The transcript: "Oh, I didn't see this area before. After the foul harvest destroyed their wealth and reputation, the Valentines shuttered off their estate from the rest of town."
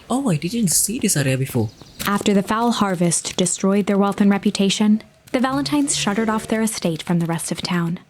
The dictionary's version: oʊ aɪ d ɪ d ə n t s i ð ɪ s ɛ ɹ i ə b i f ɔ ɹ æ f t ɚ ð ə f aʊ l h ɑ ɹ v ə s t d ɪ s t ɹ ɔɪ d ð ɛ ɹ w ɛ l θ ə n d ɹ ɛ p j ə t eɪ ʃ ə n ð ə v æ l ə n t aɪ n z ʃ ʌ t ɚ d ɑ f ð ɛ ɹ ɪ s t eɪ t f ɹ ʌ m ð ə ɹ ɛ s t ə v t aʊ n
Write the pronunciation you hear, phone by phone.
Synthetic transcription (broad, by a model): oʊ aɪ d ɪ d ə n t s i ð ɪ s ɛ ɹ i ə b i f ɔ æ f t ɚ ð ə f aʊ l h ɑ ɹ v ə s t d ɪ s t ɹ ɔɪ d ð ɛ ɹ w ɛ l θ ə n ɹ ɛ p j ə t eɪ ʃ ə n ð ə v æ l ə n t aɪ n z ʃ ʌ t ɚ d ɑ f ð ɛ ɹ ɪ s t eɪ t f ɹ ʌ m ð ə ɹ ɛ s t ə v t aʊ n